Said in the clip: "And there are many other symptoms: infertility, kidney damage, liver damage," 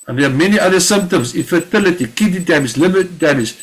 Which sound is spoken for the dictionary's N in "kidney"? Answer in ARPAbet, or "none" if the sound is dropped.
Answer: none